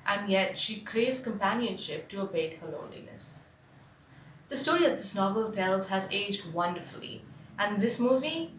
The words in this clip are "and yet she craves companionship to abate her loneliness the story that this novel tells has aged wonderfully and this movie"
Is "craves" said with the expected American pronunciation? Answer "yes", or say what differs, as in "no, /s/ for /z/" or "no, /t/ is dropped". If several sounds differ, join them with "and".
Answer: yes